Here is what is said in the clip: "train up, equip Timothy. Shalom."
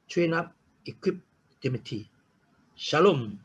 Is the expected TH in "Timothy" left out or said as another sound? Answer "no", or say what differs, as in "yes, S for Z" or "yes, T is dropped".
yes, T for TH